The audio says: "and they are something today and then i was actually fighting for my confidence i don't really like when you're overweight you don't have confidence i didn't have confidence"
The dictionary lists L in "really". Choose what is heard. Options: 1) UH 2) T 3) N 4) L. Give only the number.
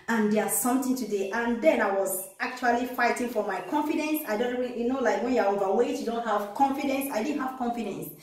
3